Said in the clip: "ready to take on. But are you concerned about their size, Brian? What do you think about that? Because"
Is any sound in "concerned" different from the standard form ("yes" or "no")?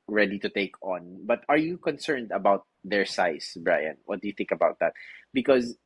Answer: no